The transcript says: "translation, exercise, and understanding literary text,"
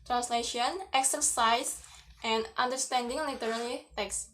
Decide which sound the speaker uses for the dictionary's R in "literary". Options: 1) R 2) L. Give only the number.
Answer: 2